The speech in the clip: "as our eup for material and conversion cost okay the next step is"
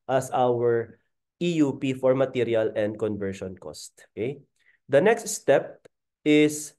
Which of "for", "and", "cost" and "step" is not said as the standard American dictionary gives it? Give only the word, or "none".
none